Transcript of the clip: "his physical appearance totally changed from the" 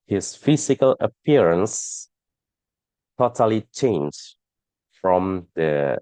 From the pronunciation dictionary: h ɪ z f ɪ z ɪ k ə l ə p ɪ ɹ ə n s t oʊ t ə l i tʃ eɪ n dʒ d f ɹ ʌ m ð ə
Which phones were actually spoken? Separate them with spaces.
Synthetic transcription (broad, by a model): h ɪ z f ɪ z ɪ k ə l ə p ɪ ɹ ə n s t oʊ t ə l i tʃ eɪ n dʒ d f ɹ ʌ m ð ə